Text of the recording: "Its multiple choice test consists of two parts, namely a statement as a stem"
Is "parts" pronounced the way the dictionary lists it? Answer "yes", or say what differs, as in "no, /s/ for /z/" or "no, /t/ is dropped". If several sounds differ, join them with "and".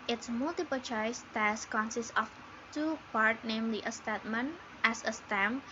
no, /s/ is dropped